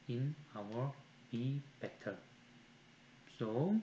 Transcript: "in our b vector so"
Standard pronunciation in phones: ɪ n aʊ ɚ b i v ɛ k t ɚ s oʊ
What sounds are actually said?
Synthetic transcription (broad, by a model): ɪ n aʊ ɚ b i b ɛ t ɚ s oʊ